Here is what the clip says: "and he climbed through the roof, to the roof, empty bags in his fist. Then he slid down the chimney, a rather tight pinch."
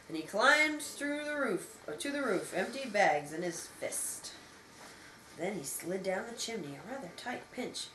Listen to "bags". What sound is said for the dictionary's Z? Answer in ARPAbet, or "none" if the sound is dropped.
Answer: Z